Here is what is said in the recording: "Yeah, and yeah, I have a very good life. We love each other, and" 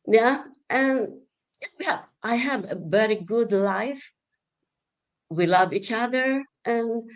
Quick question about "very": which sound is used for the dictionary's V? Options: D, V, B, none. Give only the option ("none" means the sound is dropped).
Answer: B